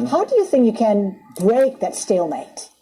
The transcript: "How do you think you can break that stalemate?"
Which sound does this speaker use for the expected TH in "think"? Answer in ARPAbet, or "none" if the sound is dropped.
TH